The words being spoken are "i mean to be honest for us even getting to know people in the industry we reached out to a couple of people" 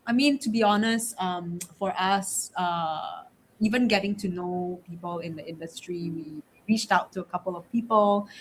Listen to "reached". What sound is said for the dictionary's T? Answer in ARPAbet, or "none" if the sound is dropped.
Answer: T